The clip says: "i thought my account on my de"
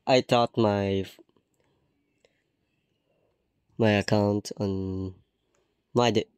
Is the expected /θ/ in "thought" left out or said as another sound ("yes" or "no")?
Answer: yes